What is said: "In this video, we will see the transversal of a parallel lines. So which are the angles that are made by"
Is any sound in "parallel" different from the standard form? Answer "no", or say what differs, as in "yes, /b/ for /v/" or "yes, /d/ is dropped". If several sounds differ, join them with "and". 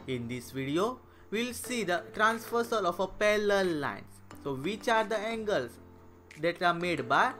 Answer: yes, /l/ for /ɹ/